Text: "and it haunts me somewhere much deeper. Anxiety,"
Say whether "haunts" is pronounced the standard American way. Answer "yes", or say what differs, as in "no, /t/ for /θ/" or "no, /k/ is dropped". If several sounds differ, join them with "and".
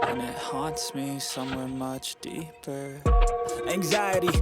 yes